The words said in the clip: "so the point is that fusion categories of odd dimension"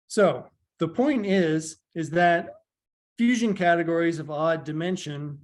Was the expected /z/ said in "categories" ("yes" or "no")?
yes